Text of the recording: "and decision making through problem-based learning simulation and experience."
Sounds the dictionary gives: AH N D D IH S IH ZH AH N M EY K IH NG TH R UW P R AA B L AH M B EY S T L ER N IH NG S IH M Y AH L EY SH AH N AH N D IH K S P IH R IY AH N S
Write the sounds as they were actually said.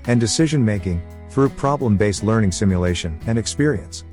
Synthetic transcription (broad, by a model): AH N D D IH S IH ZH AH N M EY K IH NG TH R UW P R AA B L AH M B EY S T L ER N IH NG S IH M Y AH L EY SH AH N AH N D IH K S P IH R IY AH N S